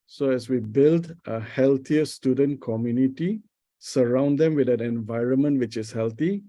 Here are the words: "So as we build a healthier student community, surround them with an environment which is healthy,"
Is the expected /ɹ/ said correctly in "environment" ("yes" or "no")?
yes